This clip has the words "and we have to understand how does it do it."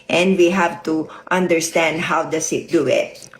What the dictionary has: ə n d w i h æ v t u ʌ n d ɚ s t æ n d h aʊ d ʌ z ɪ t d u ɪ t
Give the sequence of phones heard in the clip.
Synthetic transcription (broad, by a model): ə n d w i h æ v t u ʌ n d ɚ s t æ n d h aʊ d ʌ s ɪ t d u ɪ t